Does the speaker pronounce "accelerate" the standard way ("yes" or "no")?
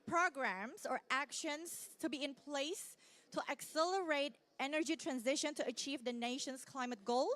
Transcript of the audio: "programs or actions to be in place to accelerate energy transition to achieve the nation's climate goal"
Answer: yes